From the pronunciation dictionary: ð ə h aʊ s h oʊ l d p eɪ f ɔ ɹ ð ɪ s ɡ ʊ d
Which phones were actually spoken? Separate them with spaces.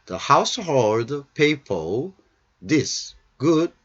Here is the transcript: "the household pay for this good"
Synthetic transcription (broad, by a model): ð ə h aʊ s h oʊ l d p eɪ p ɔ l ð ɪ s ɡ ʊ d